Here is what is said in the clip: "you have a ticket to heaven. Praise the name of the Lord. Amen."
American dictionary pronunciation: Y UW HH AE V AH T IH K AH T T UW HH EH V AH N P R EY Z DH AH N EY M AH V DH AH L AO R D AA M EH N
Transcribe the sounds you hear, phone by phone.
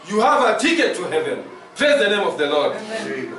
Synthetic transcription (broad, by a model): Y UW HH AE V AH T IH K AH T T UW HH EH V AH N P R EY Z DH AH N EY M AH V DH AH L AO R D